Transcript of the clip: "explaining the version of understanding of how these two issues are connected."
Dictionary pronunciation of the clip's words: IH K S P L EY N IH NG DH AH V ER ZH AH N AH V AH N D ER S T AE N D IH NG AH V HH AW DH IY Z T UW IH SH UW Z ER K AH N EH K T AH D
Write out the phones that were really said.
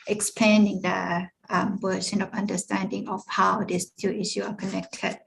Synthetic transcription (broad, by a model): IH K S P L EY N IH NG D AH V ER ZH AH N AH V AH N D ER S T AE N D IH NG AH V HH AW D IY S T UW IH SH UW AA K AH N EH K T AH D